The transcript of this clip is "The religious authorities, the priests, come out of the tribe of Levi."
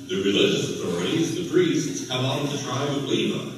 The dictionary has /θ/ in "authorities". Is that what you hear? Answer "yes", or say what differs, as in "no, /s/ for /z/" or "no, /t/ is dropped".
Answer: yes